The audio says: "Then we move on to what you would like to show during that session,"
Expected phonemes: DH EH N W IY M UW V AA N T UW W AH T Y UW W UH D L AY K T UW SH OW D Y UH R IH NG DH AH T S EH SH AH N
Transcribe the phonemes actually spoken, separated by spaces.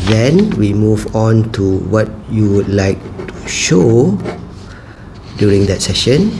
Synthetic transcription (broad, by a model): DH EH N W IY M UW V AA N T UW W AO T Y UW W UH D L AY K T UW SH OW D Y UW R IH NG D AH T S EH SH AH N